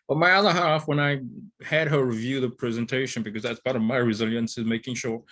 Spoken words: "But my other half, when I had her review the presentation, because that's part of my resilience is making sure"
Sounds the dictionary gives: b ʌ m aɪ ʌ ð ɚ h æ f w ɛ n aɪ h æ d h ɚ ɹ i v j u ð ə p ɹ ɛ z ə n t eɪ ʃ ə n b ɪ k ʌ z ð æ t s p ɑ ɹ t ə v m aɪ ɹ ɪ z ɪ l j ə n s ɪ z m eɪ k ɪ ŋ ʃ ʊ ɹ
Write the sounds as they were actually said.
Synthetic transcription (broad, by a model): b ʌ m aɪ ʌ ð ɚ h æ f w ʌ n aɪ h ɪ d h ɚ ɹ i v j u ð ə p ɹ ɛ z ə n t eɪ ʃ ə n b ɪ k ʌ z ð æ t s p ɑ ɹ t ə v m aɪ ɹ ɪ z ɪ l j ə n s ɪ z m eɪ k ɪ ŋ ʃ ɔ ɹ